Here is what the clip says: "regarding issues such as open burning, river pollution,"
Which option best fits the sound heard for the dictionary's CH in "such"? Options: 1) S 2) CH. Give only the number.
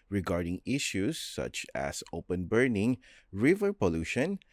2